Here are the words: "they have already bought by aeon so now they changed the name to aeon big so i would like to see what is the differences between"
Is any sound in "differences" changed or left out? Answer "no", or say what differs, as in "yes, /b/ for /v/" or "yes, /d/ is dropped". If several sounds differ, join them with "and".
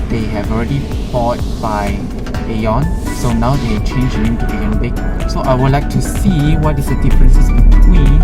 yes, /s/ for /z/